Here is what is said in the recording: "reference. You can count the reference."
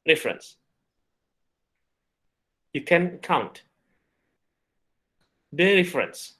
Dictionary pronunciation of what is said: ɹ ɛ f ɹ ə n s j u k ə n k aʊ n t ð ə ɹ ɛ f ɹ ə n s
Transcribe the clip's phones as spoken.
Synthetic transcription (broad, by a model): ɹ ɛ f ɹ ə n s j u k ə n k aʊ n t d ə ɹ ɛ f ɹ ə n s